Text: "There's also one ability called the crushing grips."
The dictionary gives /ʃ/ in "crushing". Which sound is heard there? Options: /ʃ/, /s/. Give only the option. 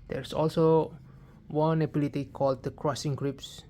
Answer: /s/